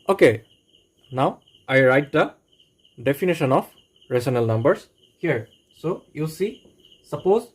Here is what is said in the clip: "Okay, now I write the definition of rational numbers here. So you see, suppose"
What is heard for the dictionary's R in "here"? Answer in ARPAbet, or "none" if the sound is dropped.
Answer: R